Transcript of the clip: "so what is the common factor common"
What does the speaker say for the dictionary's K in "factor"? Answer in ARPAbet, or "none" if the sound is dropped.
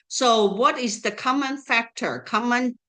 K